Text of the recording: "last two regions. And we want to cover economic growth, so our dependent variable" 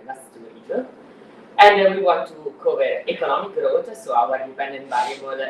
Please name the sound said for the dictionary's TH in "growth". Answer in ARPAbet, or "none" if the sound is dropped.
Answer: T